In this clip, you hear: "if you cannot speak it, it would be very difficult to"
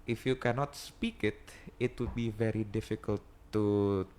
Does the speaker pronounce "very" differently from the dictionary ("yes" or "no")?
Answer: no